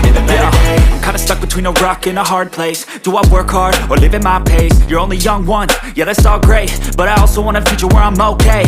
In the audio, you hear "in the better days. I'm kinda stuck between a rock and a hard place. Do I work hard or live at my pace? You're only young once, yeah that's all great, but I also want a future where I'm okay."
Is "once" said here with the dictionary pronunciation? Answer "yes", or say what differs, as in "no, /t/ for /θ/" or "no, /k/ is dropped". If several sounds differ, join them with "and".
no, /s/ is dropped